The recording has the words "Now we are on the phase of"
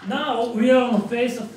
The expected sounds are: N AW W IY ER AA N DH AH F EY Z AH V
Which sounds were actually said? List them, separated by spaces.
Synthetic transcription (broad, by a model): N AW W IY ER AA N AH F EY S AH